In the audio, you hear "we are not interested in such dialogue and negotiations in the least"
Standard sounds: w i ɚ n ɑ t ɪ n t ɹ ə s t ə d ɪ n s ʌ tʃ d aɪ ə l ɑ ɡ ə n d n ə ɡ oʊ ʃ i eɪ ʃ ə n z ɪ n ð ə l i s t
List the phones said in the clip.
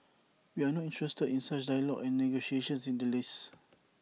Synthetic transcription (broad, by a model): w i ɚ n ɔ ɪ n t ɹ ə s t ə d ɪ n s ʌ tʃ d aɪ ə l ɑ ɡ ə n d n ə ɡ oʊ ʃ i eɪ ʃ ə n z ɪ n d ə l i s